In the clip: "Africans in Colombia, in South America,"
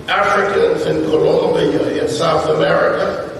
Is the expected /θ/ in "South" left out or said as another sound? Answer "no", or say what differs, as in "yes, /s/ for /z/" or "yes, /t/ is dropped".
no